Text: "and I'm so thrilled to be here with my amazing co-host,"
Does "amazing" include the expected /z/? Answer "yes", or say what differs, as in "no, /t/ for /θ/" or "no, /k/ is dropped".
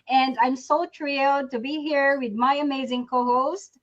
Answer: yes